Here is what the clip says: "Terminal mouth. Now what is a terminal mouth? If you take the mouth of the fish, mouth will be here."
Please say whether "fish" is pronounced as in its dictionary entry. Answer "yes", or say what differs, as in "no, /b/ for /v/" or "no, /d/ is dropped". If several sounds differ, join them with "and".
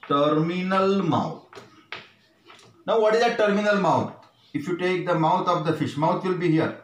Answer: yes